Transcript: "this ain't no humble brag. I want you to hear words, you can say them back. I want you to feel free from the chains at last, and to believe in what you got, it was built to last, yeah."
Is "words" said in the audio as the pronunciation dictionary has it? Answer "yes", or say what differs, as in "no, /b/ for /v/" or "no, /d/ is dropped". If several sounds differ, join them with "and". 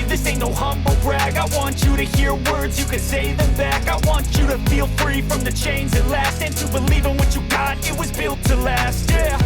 yes